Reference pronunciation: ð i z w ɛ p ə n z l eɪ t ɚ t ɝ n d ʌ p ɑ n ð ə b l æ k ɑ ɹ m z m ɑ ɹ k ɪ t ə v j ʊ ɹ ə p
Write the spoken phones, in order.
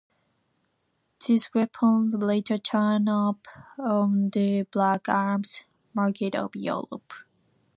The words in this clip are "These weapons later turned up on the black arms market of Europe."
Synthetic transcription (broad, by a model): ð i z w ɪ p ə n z l eɪ t ɚ t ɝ n ʌ p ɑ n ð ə b l æ k ɑ ɹ m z m ɑ ɹ k ɪ t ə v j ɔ l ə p